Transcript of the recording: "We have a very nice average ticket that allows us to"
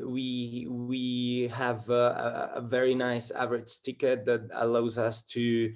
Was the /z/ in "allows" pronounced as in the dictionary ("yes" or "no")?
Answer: yes